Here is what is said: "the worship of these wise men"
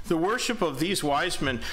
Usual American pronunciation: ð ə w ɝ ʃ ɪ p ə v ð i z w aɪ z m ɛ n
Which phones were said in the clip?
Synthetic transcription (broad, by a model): ð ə w ɝ ʃ ɪ p ə v ð i z w aɪ z m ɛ n